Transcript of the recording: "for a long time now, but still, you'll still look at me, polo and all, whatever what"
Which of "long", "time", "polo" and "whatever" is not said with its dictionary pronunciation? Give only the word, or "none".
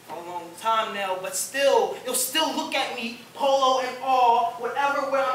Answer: none